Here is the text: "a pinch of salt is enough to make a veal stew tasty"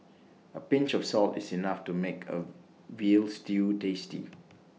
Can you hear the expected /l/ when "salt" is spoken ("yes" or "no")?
yes